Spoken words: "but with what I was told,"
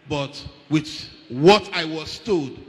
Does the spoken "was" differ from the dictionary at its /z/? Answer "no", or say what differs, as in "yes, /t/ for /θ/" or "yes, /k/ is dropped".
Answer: yes, /s/ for /z/